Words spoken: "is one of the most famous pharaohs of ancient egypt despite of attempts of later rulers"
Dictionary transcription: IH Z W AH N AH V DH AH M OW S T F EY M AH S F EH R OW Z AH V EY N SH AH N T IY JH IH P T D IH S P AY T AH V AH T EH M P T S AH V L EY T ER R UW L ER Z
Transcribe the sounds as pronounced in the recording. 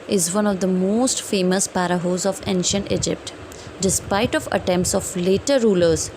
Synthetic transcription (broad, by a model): IH Z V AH N AH V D AH M OW S T F EY M AH S P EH R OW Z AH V EY N SH AH N T IY JH IH P T D IH S P AY T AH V AH T EH M P T S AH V L EY T ER R UW L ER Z